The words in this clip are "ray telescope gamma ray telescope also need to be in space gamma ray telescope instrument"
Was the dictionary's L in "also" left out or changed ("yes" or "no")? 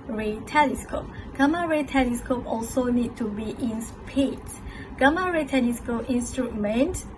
no